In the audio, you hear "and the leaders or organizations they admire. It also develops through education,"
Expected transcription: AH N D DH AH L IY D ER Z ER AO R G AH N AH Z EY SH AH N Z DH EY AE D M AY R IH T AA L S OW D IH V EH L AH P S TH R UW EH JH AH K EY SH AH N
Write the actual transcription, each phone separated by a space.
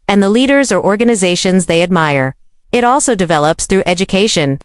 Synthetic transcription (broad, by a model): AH N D DH AH L IY D ER Z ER AO R G AH N AH Z EY SH AH N Z DH EY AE D M AY R IH T AA L S OW D IH V EH L AH P S TH R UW EH JH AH K EY SH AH N